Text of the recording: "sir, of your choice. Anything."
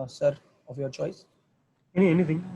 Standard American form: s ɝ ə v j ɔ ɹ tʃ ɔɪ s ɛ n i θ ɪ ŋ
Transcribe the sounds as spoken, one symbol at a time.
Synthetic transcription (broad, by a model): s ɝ ə v j ɔ ɹ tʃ ɔɪ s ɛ n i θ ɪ ŋ